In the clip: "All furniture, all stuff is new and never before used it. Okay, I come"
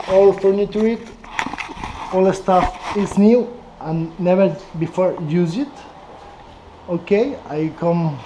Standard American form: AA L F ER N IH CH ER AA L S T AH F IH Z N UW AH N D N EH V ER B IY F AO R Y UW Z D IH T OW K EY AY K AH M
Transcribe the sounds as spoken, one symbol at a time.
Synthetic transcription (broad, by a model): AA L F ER N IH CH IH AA L S T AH F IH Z N UW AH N N EH V ER B IY F AO R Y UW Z IH T OW K EY AY K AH M